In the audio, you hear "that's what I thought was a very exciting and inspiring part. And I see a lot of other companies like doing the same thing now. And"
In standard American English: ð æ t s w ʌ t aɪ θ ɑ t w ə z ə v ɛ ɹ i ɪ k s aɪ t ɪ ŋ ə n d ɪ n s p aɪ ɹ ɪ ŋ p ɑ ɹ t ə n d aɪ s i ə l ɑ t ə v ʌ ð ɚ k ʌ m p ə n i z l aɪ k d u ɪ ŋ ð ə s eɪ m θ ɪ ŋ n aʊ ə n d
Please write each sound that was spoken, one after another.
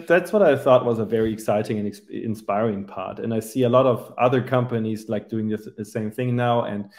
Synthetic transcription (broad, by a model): ð æ t s w ʌ t aɪ θ ɑ t w ə z ə v ɛ ɹ i ɪ k s aɪ t ɪ ŋ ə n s ɪ n s p aɪ ɹ ɪ ŋ p ɑ ɹ t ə n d aɪ s i ə l ɑ t ə v ʌ ð ɚ k ʌ m p ə n i z l aɪ k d u ɪ ŋ ð ə s eɪ m θ ɪ ŋ n aʊ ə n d